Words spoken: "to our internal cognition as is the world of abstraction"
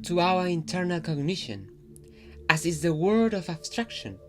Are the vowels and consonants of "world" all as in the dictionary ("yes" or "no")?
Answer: no